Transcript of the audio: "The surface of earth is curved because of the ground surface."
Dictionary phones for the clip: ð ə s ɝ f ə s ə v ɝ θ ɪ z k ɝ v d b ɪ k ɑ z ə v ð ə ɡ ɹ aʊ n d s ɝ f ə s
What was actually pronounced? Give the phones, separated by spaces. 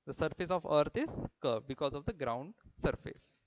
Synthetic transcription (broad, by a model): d ə s ɝ f ə s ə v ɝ t ɪ z k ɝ d b ɪ k ɑ z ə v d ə ɡ ɹ aʊ n d s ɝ f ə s